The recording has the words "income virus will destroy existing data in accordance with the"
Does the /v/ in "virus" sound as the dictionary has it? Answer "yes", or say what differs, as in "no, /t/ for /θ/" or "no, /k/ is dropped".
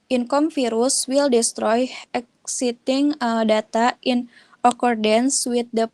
no, /f/ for /v/